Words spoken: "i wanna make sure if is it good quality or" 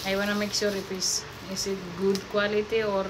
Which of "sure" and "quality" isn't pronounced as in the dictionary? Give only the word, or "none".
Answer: sure